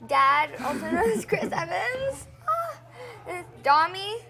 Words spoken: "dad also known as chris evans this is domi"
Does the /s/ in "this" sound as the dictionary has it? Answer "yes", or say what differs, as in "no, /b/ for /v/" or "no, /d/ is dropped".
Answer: no, /s/ is dropped